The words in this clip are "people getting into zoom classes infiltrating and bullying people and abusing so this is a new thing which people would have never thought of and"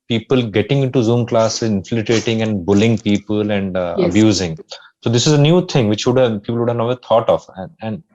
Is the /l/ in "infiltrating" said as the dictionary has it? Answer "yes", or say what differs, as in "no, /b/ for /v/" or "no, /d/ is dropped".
no, /l/ is dropped